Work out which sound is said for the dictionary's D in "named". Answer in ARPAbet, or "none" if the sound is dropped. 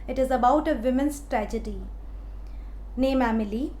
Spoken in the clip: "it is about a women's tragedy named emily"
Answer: none